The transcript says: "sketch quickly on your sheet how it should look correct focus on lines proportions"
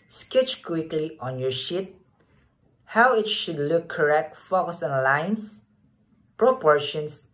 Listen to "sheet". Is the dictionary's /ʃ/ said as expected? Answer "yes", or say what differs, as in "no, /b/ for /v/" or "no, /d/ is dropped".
yes